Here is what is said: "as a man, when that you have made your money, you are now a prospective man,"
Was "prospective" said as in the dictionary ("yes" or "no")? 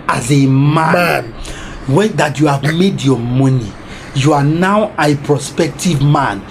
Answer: yes